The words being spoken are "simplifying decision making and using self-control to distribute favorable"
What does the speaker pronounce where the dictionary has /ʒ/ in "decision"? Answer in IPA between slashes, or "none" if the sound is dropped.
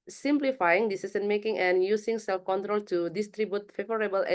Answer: /s/